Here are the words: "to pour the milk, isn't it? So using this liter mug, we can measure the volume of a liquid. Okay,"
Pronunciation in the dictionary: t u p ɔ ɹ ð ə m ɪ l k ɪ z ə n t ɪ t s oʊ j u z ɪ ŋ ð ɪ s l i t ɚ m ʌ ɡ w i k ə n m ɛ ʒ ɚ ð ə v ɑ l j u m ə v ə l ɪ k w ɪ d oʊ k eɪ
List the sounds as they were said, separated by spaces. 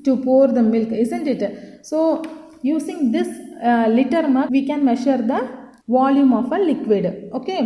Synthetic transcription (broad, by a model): t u p ɔ ɹ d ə m ɪ l k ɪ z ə n t ɪ t s oʊ j u s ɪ ŋ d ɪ s l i t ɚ m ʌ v i k ə n m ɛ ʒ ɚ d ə v ɑ l j u m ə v ə l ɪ k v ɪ d oʊ k eɪ